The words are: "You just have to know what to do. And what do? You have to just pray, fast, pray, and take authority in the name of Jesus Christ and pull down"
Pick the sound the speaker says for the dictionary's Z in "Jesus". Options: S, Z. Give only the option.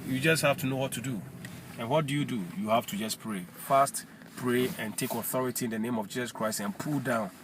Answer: S